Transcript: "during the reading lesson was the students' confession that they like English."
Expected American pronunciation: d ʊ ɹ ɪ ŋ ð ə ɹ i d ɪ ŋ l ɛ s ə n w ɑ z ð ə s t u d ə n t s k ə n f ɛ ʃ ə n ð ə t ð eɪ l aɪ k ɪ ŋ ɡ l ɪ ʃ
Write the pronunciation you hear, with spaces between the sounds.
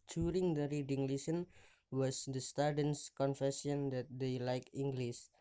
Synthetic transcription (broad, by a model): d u ɹ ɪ ŋ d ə ɹ i d ɪ ŋ l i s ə n w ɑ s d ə s t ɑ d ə n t s k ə n f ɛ s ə n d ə t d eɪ l aɪ k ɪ ŋ ɡ l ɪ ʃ